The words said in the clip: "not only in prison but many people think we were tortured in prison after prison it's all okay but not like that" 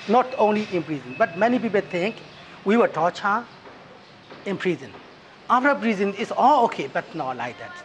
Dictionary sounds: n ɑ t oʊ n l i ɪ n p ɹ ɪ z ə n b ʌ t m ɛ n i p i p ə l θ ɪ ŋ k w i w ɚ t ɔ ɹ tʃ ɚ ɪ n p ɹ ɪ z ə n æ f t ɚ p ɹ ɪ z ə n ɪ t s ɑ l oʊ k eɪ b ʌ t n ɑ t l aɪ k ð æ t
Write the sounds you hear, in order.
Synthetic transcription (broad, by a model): n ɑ t oʊ n l i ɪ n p ɹ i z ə n b ʌ t m ɛ n i p i p ə l t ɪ ŋ k w i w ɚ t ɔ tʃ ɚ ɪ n p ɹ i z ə n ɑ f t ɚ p ɹ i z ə n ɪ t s ɑ l oʊ k eɪ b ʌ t n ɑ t l aɪ k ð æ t